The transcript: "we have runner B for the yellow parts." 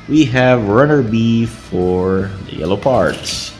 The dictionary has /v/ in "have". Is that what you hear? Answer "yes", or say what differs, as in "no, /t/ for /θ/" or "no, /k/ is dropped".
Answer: yes